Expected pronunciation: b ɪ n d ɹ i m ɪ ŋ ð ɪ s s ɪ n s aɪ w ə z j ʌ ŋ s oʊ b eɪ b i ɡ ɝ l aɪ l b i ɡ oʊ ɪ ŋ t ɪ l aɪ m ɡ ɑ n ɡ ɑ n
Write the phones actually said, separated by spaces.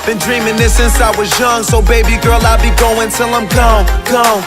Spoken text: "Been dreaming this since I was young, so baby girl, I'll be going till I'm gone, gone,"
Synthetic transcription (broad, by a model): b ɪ n d ɹ i m ɪ ŋ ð ɪ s s ɪ n s aɪ w ə z j ʌ ŋ s oʊ b eɪ b i ɡ ɝ l aɪ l b i ɡ oʊ ɪ ŋ t ɪ l aɪ m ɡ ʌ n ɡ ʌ